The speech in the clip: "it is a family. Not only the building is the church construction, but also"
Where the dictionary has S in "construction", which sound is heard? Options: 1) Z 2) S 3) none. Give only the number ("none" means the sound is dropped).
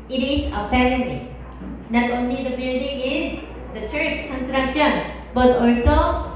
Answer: 2